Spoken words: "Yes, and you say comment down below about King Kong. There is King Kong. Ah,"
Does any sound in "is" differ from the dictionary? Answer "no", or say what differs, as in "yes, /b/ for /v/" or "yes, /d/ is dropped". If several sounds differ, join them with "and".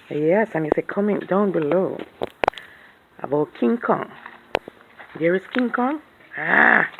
yes, /s/ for /z/